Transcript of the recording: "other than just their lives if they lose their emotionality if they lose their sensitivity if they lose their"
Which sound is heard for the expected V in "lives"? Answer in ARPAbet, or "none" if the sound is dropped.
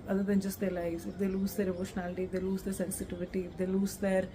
none